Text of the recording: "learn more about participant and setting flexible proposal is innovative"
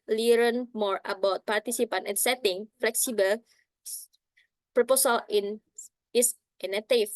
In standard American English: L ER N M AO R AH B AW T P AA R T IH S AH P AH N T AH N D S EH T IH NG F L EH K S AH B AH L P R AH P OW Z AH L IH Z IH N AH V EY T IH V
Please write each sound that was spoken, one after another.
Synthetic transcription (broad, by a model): L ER N M AO R AH B AW T P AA R T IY S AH P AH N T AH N S EH T IH NG F L EH K S AH B AH L P R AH P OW S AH L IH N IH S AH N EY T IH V